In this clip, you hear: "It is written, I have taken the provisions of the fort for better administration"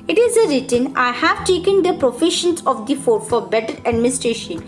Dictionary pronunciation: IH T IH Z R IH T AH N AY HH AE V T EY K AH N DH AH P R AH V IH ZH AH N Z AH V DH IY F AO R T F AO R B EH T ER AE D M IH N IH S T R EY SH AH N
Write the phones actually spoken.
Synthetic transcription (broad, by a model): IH T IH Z R IH T AH N AY HH AE V T EY K AH N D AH P R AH F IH SH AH N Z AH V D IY F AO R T F AO R B EH T ER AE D M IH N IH S T R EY SH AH N